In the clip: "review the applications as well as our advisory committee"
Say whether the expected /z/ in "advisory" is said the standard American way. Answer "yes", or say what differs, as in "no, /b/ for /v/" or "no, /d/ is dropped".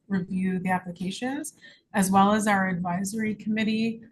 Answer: yes